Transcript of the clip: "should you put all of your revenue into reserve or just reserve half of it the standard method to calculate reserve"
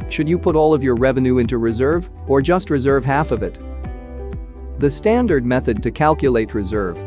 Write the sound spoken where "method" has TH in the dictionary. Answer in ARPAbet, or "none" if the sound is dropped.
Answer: TH